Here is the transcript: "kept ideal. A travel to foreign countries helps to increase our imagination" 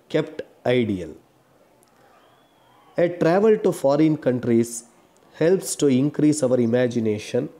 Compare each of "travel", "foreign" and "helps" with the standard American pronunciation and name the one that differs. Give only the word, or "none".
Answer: none